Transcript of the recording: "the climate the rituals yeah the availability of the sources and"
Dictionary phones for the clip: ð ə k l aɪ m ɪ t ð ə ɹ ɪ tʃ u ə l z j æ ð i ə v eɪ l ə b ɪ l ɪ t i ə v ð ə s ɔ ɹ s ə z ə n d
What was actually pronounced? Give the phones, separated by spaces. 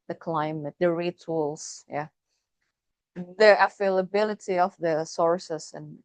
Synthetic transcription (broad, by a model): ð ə k l aɪ m ɪ t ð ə ɹ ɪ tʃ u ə l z j æ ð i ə f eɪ l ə b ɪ l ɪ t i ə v ð ə s ɔ ɹ s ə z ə n